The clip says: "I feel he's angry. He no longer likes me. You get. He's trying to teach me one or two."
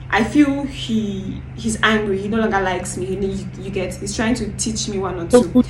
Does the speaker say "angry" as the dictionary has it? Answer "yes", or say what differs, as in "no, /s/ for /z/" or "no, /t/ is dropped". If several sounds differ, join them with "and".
yes